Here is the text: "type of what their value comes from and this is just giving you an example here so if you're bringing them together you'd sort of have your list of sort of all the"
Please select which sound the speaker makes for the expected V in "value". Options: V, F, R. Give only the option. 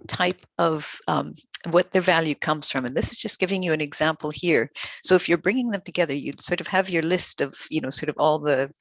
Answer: V